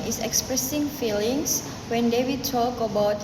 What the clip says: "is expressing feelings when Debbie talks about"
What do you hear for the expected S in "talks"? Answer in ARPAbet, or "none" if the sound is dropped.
none